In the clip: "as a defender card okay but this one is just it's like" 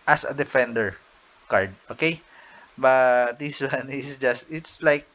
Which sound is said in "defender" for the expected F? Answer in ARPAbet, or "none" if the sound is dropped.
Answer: F